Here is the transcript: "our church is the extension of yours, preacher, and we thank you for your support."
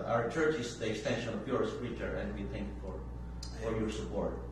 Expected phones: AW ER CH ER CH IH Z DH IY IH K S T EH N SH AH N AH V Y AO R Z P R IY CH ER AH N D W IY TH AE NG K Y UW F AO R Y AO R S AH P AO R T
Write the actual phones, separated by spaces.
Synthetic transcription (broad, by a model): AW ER CH ER CH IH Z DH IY IH K S T EH N SH AH N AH P Y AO R S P R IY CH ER AH N D W IY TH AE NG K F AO F AO R Y AO R S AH P AO R T